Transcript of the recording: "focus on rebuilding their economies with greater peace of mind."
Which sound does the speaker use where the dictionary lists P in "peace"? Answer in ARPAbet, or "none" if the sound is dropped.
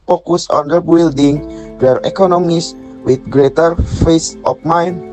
F